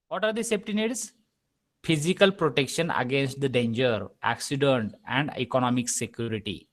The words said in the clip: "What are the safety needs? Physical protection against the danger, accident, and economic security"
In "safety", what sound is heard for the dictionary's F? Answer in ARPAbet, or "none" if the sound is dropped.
P